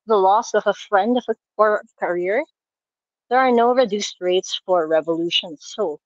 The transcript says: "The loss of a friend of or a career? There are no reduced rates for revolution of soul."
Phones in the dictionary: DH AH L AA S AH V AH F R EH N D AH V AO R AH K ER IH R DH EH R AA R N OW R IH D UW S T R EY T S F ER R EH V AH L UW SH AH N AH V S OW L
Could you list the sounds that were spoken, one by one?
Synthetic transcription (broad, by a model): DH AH L AA S AH V AH F R EH N D AH V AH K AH K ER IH R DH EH R AA R N OW R IH D UW S T R EY T S F ER R EH V AH L UW SH AH N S OW